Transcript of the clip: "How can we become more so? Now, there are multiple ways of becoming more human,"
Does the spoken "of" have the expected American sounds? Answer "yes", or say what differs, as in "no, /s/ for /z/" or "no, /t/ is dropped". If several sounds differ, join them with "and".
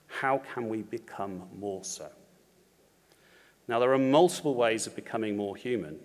yes